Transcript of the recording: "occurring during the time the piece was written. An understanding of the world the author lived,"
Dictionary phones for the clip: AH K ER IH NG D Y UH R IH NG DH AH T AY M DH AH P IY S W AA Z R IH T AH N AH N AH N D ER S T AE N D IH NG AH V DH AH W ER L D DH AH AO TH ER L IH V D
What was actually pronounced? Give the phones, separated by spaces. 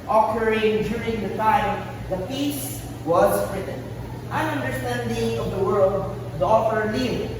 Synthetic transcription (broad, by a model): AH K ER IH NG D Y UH R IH NG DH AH T AY M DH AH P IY S W AA Z R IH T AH N AH N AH N D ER S T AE N D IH NG AH V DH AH W ER L D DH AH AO F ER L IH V